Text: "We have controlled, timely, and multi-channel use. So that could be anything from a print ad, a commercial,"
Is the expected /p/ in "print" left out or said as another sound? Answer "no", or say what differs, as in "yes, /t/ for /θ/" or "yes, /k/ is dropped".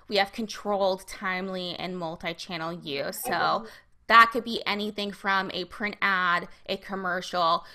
no